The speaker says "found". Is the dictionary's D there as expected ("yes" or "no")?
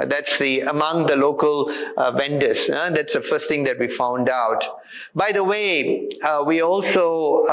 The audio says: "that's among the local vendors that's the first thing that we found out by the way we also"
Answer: yes